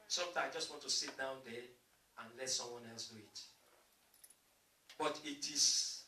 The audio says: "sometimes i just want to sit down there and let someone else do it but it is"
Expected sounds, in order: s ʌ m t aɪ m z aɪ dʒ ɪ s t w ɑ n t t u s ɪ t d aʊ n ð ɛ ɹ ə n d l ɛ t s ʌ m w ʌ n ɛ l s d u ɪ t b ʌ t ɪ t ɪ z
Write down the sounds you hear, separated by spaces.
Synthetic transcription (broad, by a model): s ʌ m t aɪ aɪ dʒ ɪ s t w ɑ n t t u s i t d aʊ n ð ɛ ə n l ɛ t s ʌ m w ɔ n ɛ l s d u ɪ t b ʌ t ɪ t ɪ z